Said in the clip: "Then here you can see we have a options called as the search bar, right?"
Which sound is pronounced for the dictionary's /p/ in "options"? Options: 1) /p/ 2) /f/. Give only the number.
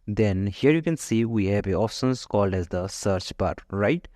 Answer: 2